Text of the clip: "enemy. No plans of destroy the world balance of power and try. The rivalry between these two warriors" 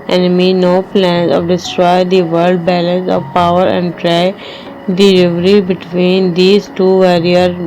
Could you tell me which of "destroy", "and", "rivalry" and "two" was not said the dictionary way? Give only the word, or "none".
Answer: rivalry